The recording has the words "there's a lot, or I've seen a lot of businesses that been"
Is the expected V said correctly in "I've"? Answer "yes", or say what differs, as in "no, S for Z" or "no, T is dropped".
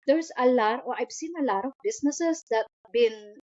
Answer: no, B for V